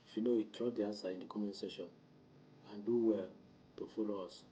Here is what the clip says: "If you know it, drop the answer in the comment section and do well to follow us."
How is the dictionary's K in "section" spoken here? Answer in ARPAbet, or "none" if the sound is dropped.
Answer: none